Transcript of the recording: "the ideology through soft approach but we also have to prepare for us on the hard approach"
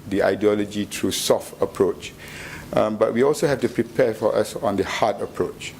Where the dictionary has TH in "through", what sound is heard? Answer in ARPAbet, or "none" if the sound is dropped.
T